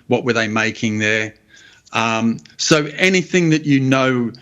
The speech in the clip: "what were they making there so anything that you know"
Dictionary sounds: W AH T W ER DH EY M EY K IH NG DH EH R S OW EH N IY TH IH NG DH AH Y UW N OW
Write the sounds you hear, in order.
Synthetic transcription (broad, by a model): W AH T W ER DH EY M EY K IH NG DH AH R S OW EH N IY TH IH NG DH AH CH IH N OW